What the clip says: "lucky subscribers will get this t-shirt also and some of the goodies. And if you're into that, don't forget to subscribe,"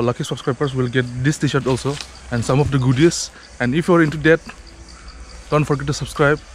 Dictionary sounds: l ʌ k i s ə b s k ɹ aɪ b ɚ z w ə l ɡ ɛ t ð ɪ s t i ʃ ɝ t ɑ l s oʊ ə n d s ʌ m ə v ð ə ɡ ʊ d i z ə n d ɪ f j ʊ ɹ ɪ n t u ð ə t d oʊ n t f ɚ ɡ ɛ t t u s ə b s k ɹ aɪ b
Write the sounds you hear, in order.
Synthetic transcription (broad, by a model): l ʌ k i s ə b s k ɹ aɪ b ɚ s w ə l ɡ ɛ t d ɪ s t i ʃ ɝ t ɑ l s oʊ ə n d s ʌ m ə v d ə ɡ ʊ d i s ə n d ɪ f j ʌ ɹ ɪ n t u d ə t d oʊ n t f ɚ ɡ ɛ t t u s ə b s k ɹ aɪ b